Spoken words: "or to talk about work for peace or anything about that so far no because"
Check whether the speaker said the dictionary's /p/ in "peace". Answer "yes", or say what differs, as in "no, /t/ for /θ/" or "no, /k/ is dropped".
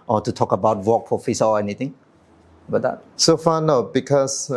no, /f/ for /p/